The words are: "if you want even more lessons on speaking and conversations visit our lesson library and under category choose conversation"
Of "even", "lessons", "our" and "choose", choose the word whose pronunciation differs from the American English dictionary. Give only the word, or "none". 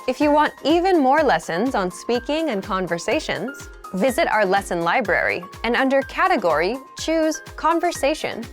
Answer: none